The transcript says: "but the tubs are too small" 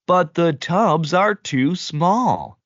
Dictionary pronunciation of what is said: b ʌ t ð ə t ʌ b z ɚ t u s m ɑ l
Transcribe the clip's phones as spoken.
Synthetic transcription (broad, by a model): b ʌ t ð ə t ʌ b z ɚ t u s m ɑ l